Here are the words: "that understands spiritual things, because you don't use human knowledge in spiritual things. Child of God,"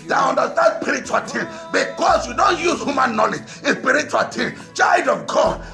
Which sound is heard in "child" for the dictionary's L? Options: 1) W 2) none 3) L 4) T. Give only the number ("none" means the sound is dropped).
2